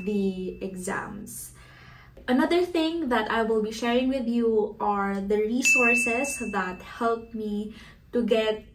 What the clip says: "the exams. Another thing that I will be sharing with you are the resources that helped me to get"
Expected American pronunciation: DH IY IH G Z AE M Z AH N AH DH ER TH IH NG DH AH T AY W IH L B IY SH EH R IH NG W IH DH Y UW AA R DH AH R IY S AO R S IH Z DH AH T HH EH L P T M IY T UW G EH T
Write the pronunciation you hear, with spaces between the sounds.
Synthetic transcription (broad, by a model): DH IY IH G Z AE M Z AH N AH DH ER TH IH NG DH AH T AY W IH L B IY SH EH R IH NG W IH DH Y UW AA R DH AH R IY S AO R S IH S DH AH T HH EH L P M IY T UW G EH T